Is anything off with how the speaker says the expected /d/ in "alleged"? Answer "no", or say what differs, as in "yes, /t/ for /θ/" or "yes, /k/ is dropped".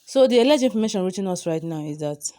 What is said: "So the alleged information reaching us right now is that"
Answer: yes, /d/ is dropped